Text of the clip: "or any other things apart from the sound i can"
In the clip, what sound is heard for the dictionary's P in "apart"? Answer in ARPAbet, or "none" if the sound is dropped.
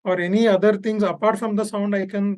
P